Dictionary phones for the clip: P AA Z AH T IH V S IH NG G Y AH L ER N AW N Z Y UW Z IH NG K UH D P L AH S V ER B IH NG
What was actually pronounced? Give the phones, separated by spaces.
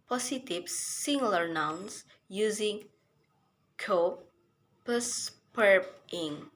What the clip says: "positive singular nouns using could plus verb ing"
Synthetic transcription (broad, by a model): P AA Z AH T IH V S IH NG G L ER N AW N S Y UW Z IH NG K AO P AH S P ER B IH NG